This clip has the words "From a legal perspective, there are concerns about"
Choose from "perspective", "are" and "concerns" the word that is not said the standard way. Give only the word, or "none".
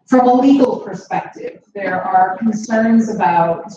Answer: none